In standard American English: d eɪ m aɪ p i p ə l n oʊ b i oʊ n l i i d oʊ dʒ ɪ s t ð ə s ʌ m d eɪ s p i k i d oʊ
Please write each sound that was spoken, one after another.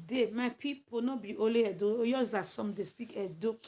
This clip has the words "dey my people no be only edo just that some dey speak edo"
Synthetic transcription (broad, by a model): d eɪ m aɪ p i p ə n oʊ b i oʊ l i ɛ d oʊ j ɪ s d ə s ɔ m d eɪ s p i k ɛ d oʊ